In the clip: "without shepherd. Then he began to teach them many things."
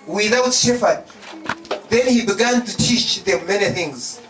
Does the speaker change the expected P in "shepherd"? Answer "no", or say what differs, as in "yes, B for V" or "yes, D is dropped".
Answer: yes, F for P